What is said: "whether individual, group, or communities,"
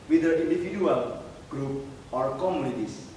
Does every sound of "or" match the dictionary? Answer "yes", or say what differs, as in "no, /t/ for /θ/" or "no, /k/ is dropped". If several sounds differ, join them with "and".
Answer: yes